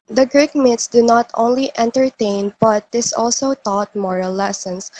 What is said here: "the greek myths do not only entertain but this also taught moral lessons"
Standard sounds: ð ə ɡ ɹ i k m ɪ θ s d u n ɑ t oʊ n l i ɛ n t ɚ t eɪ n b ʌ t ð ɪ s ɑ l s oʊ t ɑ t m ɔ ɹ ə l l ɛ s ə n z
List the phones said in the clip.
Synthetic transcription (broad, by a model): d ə ɡ ɹ i k m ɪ t s d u n ɑ t oʊ n l i ɛ n t ɚ t eɪ n b ʌ t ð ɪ s ɑ l s oʊ t ɑ t m ɔ ɹ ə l l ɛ s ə n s